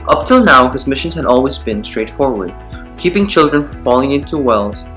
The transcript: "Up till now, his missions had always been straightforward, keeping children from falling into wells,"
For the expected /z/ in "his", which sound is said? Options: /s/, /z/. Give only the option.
/z/